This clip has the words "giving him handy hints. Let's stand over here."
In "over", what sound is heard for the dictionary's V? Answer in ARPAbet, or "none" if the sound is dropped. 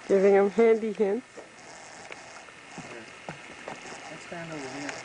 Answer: none